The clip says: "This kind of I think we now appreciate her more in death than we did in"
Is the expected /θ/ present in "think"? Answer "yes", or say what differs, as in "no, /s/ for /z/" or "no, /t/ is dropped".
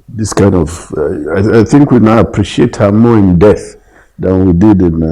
yes